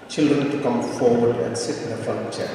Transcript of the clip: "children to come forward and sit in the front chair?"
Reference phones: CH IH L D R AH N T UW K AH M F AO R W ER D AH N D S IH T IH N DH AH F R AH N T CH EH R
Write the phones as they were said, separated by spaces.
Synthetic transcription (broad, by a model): CH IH L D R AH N T UW K AH M F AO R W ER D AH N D S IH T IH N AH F AH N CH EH